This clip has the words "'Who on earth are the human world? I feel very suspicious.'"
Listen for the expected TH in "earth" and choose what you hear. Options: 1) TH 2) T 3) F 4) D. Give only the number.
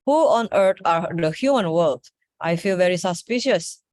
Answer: 2